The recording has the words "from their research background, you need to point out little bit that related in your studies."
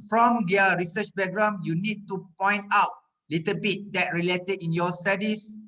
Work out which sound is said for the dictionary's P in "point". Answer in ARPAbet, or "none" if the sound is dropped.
P